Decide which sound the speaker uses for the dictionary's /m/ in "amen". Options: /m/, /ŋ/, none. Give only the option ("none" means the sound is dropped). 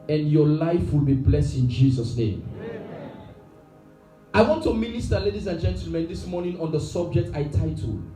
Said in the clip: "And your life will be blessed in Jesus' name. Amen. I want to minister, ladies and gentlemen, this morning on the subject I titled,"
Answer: none